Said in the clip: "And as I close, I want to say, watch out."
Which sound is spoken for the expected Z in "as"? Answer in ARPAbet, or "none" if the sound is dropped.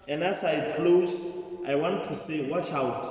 S